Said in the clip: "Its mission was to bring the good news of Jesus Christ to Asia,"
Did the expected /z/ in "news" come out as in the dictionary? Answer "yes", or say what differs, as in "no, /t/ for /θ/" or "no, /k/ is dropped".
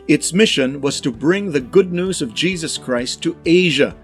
yes